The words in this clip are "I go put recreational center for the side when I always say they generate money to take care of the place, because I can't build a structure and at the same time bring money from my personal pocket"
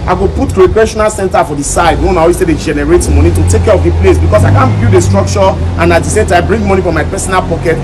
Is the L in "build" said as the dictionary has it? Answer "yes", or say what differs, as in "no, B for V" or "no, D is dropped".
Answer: no, L is dropped